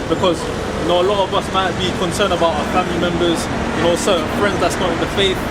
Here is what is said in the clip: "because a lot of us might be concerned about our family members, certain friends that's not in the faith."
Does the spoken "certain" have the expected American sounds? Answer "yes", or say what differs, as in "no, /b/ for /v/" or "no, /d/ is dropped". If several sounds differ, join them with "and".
no, /s/ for /t/